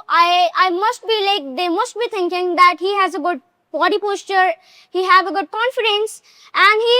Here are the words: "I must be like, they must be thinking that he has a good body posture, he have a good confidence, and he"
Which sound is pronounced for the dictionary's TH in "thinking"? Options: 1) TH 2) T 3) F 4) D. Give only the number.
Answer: 2